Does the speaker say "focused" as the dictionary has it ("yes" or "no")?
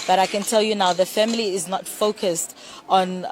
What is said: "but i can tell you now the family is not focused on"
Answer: yes